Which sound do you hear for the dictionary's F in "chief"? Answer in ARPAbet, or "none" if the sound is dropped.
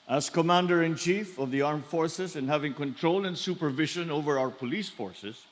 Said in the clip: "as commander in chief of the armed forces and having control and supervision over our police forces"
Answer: F